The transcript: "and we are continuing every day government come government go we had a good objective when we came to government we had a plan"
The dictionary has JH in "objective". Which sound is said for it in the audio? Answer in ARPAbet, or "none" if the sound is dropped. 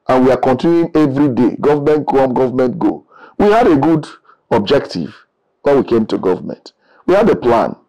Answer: JH